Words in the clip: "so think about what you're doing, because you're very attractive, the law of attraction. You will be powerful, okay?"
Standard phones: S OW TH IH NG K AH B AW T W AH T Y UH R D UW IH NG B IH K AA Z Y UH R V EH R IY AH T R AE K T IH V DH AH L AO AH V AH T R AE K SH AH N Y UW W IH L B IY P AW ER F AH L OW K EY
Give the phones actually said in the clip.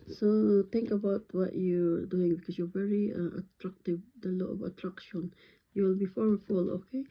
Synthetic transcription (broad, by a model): S OW T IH NG K AH B AW T W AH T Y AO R D UW IH NG B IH K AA S Y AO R V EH R IY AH T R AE K T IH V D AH L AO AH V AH T R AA K SH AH N Y UW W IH L B IY F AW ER F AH L OW K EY